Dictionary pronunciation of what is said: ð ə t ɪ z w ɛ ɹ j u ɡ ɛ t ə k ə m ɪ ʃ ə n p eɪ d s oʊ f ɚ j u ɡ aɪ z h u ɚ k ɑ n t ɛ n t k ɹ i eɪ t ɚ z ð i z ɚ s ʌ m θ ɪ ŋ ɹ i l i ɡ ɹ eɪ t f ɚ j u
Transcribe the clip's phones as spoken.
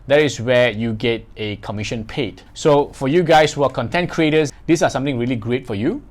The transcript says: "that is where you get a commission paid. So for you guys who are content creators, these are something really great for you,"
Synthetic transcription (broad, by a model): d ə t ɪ s w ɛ j u ɡ ɛ t ə k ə m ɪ ʃ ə n p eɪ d s oʊ f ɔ j u ɡ aɪ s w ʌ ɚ k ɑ n t ɛ n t k ɹ i eɪ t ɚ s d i s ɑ s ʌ m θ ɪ ŋ ɹ i l i ɡ ɹ eɪ t f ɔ j u